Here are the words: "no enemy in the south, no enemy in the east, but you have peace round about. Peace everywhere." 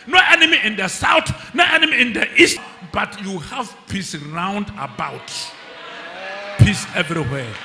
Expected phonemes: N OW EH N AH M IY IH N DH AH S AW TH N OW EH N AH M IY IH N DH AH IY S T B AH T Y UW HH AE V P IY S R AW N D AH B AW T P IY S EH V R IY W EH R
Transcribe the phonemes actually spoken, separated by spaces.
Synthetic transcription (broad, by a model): N OW EH N AH M IY IH N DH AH S AW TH N OW EH N AH M IY IH N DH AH IY S T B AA T Y UW HH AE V P IY S R AW N D AH B AW T P IY S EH V R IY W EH